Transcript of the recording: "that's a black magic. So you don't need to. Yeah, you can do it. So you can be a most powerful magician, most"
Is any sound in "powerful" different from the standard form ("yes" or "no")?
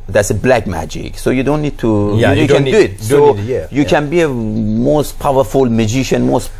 no